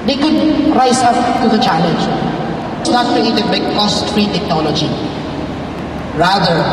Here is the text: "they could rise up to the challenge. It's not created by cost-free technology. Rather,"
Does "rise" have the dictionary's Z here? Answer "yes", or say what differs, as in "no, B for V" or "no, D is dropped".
no, S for Z